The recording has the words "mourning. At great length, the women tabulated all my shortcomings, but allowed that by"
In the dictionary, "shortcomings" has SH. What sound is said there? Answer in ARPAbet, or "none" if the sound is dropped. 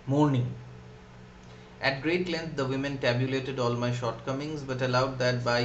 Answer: SH